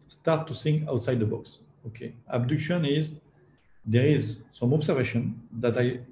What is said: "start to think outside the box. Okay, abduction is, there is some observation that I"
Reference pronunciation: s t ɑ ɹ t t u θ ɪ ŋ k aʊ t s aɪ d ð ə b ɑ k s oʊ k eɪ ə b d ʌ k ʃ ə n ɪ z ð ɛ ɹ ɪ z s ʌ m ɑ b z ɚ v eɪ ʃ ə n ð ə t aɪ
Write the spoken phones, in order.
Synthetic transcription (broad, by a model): s t ɑ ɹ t t u s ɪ ŋ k aʊ t s aɪ d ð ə b ɑ k s oʊ k eɪ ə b d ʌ k ʃ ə n ɪ z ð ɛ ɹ ɪ z s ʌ m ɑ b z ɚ v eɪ ʃ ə n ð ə t aɪ